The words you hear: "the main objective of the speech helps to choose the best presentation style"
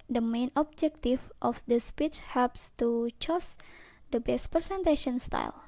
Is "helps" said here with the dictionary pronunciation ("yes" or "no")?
yes